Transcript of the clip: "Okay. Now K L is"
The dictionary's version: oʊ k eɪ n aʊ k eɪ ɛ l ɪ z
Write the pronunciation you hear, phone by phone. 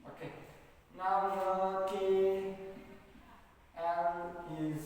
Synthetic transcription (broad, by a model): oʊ k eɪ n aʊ k eɪ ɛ n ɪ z